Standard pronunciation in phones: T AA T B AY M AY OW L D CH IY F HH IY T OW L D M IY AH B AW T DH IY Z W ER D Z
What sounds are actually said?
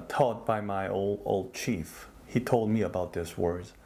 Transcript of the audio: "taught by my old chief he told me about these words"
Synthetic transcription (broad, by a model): T AA T B AY M AY OW L D CH IY F HH IY T OW L D M IY AH B AW T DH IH S W ER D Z